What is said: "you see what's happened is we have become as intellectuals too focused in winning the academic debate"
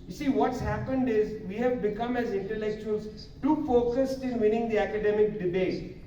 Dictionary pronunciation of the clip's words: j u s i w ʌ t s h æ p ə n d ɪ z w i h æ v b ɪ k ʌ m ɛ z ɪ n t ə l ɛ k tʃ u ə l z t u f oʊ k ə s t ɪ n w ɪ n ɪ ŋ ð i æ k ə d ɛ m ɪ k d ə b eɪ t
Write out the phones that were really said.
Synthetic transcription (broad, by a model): j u s i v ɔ t s h æ p ə n d ɪ z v i h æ v b ɪ k ʌ m ɛ z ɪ n t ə l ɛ k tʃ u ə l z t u f oʊ k ə s t ɪ n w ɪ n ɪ ŋ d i æ k ə d ɛ m ɪ k d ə b eɪ t